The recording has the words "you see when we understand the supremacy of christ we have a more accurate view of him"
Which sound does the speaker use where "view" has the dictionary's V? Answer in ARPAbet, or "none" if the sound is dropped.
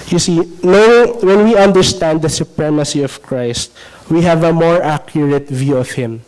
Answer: V